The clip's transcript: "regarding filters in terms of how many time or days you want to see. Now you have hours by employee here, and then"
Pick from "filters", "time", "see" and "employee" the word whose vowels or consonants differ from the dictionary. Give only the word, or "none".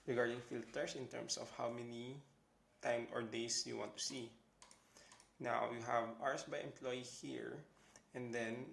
filters